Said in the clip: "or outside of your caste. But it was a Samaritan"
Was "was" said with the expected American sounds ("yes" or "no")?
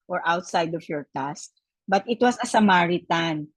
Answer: no